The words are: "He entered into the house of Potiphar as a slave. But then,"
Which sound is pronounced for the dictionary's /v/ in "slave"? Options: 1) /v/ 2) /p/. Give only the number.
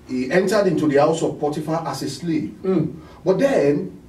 2